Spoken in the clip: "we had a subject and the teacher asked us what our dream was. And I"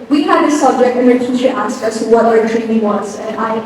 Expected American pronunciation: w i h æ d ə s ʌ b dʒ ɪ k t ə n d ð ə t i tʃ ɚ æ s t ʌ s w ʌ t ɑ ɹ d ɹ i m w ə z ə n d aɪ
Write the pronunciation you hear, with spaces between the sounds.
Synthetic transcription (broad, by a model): w i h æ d ə s ʌ b dʒ ɪ k t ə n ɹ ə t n ʃ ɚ æ s t ʌ s w ʌ t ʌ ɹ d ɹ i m w ə z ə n aɪ